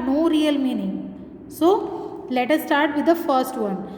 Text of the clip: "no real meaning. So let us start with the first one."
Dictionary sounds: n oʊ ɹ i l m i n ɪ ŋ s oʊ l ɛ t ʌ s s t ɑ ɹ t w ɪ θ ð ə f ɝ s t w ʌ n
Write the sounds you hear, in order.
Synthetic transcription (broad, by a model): n oʊ ɹ i l m i n ɪ ŋ s oʊ l ɛ t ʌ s s t ɑ ɹ t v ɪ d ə f ɝ s t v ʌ n